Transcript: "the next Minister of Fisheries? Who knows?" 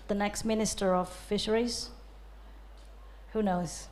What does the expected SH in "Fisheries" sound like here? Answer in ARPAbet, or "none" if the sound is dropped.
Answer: SH